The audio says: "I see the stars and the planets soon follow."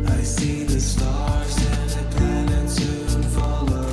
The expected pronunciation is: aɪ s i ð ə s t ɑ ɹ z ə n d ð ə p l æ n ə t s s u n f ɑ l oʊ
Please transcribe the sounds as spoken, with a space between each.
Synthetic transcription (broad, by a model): aɪ s i ð ə s t ɑ ɹ z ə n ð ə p æ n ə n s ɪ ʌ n f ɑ l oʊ